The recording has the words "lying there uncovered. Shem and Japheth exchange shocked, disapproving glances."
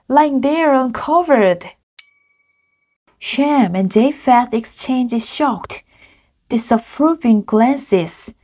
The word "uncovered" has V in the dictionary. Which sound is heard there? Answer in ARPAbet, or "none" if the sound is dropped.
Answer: V